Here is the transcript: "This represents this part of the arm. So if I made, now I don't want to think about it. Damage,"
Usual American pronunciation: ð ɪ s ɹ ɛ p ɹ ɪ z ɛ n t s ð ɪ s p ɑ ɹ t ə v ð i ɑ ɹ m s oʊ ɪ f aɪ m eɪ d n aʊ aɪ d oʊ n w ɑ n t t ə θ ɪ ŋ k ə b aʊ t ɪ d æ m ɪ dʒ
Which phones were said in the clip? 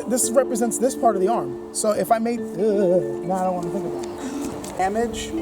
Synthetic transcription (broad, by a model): ð ɪ s ɹ ɛ p ɹ ɪ z ɛ n t s ð ɪ s p ɑ ɹ t ə v ð i ɑ ɹ m s oʊ ɪ f aɪ m eɪ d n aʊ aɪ d oʊ n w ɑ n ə θ ɪ ŋ k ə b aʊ ɪ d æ m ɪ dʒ